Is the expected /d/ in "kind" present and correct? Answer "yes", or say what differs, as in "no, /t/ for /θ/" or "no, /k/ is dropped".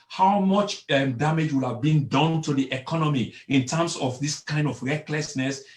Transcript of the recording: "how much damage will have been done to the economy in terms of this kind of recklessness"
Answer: yes